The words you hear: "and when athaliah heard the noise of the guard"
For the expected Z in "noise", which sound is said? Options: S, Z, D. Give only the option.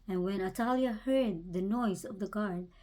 Z